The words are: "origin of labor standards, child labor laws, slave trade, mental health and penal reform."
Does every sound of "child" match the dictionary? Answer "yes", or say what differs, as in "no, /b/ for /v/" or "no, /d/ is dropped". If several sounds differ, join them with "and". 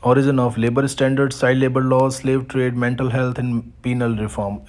no, /l/ is dropped